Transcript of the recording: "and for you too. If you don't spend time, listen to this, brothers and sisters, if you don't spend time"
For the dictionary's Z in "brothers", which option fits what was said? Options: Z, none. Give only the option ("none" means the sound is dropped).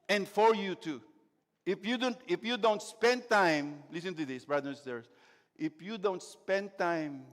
none